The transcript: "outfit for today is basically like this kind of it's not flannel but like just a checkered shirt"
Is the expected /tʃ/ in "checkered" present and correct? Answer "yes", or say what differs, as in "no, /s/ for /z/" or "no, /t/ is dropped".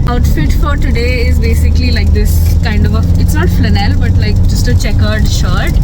yes